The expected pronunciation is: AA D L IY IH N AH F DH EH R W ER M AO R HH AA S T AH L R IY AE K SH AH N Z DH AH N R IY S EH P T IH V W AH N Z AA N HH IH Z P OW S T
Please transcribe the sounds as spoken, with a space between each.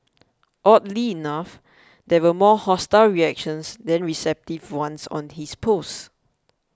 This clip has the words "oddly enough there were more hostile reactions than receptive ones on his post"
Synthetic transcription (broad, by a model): AA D L IY N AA F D EH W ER M AO HH AA S T AH L R IY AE K SH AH N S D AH N R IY S EH P T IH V W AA N S AA N HH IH S P OW S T